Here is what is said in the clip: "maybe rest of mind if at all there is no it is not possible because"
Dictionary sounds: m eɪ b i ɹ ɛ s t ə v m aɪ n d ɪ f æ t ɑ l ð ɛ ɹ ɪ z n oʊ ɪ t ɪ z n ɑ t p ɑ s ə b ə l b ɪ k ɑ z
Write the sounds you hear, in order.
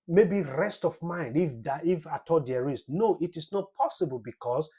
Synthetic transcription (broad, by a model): m eɪ b i ɹ ɛ s t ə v m aɪ n d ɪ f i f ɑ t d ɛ ɹ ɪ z n oʊ ɪ t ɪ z n ɑ t p ɑ s ə b ə l b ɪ k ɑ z